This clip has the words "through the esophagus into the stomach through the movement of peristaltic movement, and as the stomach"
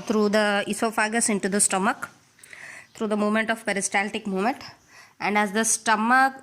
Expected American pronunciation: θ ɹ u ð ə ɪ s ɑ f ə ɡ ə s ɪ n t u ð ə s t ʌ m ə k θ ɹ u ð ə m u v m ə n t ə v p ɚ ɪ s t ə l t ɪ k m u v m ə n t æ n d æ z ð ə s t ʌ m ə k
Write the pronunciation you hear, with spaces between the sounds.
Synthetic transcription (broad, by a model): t ɹ u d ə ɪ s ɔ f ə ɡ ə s ɪ n t u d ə s t ʌ m ə k t ɹ u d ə m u m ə n t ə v p ɚ ɪ s t ə l t ɪ k m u m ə n t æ n d æ z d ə s t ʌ m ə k